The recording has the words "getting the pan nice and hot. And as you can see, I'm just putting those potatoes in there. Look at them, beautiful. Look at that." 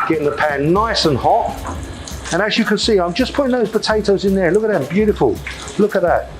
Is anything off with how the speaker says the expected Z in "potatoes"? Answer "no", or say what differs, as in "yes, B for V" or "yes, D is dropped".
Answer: no